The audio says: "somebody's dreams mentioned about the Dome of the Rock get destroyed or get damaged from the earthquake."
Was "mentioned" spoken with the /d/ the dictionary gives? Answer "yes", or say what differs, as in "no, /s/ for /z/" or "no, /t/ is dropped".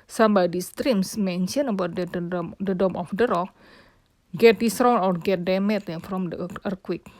no, /d/ is dropped